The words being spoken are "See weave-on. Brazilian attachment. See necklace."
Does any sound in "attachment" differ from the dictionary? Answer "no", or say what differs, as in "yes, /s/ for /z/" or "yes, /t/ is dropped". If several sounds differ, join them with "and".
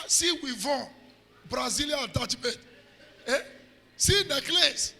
yes, /tʃ/ is dropped